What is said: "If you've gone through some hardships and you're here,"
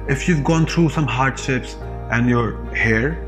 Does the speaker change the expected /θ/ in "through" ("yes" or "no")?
yes